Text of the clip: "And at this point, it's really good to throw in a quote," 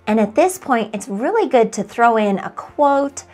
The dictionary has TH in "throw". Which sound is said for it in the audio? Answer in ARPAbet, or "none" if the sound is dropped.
TH